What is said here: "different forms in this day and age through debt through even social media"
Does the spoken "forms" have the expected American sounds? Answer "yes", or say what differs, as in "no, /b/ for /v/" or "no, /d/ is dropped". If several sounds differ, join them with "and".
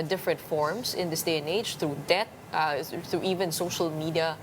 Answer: no, /s/ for /z/